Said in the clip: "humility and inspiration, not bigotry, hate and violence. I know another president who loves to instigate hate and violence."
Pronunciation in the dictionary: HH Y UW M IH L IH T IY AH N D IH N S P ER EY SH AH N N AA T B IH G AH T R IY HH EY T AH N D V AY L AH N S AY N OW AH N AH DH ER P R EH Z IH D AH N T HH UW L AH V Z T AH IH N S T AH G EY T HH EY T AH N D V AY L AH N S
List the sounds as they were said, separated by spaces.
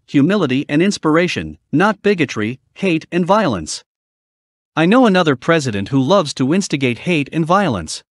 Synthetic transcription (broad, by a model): HH Y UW M IH L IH T IY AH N IH N S P ER EY SH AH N N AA T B IH G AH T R IY HH EY T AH N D V AY L AH N S AY N OW AH N AH DH ER P R EH Z IH D AH N T HH UW L AH V Z T AH IH N S T AH G EY T HH EY T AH N V AY L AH N S